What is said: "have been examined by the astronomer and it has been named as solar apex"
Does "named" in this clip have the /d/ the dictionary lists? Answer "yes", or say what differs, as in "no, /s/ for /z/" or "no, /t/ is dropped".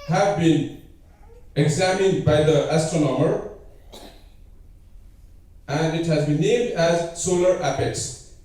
yes